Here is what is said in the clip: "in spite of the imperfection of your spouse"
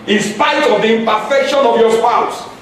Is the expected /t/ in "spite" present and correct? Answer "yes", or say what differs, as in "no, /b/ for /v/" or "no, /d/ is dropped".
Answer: no, /t/ is dropped